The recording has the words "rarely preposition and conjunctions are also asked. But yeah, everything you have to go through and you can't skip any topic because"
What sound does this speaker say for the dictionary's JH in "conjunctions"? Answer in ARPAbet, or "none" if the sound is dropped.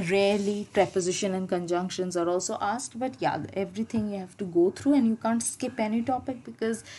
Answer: JH